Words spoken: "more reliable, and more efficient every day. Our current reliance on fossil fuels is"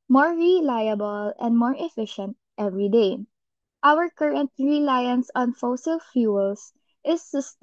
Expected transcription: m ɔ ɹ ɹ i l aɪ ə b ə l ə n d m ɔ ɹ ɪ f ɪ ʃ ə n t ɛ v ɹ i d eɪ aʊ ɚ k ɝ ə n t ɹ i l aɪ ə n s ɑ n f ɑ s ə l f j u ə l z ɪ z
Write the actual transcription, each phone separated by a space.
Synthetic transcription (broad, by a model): m ɔ ɹ ɹ i l aɪ ə b ə l ə n d m ɔ ɹ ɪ f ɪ ʃ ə n t ɛ v ɹ i d eɪ aʊ ɚ k ɝ ə n t ɹ i l aɪ ə n s ɑ n f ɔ s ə l f j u l s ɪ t